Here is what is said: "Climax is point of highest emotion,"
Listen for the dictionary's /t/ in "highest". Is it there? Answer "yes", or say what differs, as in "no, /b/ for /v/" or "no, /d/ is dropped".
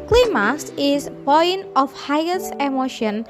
no, /t/ is dropped